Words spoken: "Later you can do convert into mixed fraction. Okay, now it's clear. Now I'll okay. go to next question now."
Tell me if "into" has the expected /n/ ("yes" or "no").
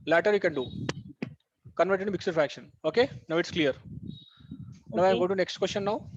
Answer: no